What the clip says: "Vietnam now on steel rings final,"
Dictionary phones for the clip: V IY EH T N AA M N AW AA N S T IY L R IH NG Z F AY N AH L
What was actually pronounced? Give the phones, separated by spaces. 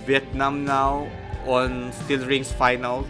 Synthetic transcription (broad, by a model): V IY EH T N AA M N AW AA N S T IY L R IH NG S F AY N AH L